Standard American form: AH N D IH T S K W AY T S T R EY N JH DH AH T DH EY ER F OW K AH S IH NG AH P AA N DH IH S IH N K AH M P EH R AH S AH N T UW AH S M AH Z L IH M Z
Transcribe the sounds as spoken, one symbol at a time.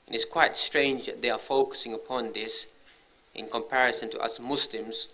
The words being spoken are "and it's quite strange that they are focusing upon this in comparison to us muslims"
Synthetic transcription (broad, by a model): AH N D IH T S K W AY T S T R EY N JH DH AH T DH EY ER F OW K AH S IH NG AH P AA N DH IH S IH N K AH M P EH R AH S AH N T UW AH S M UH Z L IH M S